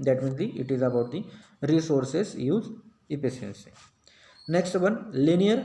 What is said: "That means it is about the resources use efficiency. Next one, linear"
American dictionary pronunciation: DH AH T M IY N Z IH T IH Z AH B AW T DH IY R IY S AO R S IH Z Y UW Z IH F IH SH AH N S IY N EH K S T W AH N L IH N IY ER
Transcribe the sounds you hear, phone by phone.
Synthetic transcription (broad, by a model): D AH T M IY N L IH T IH Z AH B AW T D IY R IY S AO R S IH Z Y UW Z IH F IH S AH N S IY N EH K S T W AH N L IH N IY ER